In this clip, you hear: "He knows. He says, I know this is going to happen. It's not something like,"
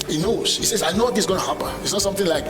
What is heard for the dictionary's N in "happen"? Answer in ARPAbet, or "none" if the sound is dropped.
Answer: none